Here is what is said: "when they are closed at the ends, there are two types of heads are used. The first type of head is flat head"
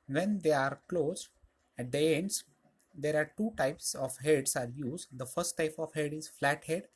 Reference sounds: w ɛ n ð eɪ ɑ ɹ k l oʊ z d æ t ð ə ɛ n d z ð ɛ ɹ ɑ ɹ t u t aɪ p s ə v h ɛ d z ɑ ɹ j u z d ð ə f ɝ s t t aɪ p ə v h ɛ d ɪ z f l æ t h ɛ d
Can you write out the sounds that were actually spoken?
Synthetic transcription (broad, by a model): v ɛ n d eɪ ɑ ɹ k l oʊ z æ t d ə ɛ n d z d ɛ ɹ ɑ ɹ t u t aɪ p s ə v h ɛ d s ɑ ɹ j u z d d ə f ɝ s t t aɪ p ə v h ɛ d ɪ z f l æ t h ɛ d